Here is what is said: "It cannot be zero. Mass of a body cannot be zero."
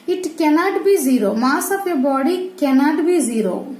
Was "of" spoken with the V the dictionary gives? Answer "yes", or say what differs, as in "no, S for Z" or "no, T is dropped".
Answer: no, P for V